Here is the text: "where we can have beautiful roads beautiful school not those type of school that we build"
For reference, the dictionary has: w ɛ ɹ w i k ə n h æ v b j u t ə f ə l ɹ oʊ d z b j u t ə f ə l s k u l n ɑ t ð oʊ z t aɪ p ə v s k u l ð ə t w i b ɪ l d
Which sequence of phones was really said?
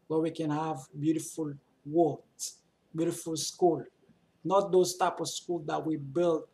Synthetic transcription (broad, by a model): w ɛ w i k ə n h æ v b j u t ə f ə l w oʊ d b j u t ə f ə l s k u l n ɑ t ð oʊ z t aɪ p ə v s k u l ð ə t w i b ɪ l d